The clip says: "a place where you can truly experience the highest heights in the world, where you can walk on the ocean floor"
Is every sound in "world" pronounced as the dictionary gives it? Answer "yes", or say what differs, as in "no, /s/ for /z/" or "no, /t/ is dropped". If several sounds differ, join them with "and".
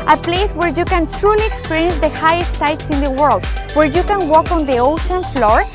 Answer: yes